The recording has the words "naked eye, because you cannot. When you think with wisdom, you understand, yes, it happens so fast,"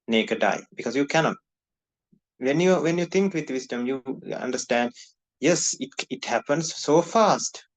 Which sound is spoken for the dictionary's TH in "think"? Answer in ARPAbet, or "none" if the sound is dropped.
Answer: T